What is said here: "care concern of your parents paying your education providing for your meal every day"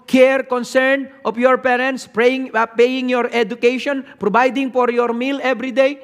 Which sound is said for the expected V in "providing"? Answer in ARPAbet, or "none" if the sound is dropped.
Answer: B